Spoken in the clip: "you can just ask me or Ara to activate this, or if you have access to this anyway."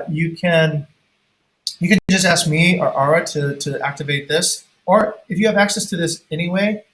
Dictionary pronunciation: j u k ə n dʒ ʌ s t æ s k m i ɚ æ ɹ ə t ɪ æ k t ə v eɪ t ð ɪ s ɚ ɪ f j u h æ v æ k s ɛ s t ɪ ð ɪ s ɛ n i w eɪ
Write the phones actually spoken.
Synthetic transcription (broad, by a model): j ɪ k ə n dʒ ʌ s t æ s k m i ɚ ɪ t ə t ɪ æ k t ə v eɪ t ð ɪ s ɚ ɪ f j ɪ v æ k s ɛ s t ɪ ð ɪ s ɛ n i w eɪ